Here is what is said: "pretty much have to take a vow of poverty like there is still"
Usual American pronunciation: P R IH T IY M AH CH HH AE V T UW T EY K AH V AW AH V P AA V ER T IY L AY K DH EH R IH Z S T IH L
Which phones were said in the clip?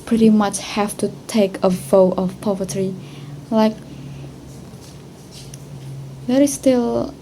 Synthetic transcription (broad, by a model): P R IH T IY M AH CH HH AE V T UW T EY K AH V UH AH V P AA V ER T IY L AY K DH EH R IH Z S T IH L